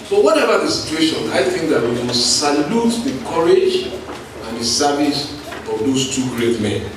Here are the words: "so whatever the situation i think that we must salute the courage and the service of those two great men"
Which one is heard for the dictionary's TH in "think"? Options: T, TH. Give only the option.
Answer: TH